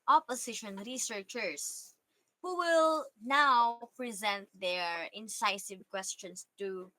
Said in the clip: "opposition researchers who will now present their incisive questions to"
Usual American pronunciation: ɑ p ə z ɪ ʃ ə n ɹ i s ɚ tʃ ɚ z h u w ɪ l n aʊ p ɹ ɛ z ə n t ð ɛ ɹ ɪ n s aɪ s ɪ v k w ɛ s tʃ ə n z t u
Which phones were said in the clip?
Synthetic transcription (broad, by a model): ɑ p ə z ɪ ʃ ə n ɹ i s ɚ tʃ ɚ s h u w ɪ l n aʊ p ɹ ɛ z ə n t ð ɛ ɹ ɪ n s aɪ s ɪ v k w ɛ s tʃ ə n s t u